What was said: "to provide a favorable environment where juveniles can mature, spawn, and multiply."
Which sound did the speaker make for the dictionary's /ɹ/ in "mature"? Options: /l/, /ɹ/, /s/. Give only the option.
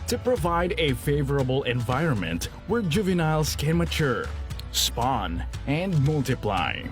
/ɹ/